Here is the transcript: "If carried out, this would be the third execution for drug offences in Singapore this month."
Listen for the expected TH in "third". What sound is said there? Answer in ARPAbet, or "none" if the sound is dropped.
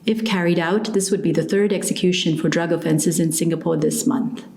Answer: TH